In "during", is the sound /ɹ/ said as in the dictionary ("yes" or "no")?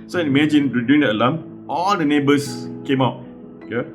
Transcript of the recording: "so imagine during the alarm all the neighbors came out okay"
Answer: no